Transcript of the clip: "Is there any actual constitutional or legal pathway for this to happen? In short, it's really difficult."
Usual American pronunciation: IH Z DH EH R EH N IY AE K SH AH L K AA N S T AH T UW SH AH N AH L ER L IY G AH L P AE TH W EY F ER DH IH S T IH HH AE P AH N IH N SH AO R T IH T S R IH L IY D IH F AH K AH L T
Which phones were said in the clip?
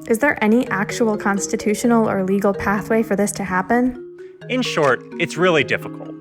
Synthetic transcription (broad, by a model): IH Z DH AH R EH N IY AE K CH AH L K AA N S T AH T UW SH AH N L ER L IY G L P AE TH W EY F ER DH IH S T IH HH AE P AH N IH N SH AO R T IH T S R IH L IY D IH F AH K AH L T